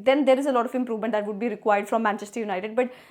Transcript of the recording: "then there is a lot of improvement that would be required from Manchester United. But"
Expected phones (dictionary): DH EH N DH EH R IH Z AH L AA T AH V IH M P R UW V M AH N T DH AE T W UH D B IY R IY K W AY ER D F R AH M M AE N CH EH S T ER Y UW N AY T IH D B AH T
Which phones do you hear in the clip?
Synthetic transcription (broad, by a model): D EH N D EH R IH Z AH L AA T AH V IH M P R UW V M AH N T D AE T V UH D B IY R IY K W AY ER D F R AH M M AE N CH EH S T ER Y UW N AY T IH D B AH T